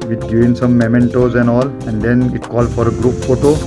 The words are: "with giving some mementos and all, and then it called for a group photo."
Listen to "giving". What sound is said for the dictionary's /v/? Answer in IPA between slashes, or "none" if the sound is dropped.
none